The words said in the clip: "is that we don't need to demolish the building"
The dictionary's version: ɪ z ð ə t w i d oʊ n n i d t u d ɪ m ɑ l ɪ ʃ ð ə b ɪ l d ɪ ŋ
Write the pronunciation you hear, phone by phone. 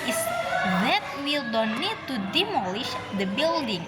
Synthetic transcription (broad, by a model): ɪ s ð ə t w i d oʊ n n i d t u d ɪ m ɑ l ɪ ʃ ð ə b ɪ l d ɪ ŋ